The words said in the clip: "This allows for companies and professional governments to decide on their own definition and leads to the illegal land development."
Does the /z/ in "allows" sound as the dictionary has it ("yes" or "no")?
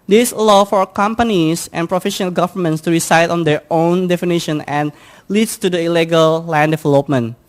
no